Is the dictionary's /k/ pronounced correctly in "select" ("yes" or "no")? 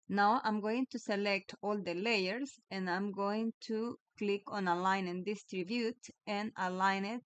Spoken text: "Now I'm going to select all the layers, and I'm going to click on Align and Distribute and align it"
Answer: yes